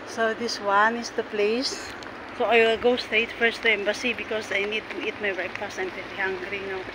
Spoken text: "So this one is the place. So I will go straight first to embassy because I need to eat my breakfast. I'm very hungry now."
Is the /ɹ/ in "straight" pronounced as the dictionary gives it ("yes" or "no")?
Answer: no